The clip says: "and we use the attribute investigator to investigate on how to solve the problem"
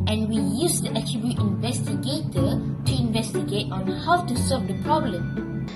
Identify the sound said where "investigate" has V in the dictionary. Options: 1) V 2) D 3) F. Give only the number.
1